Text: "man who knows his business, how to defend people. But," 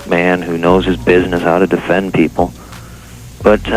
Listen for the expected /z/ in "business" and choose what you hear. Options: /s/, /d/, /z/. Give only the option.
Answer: /z/